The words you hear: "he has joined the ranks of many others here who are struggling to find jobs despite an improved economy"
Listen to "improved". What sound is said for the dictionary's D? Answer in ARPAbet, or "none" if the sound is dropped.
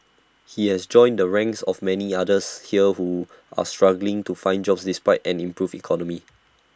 none